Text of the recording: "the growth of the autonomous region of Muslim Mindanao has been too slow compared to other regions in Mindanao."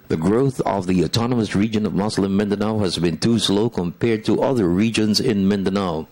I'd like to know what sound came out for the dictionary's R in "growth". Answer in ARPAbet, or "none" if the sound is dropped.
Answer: R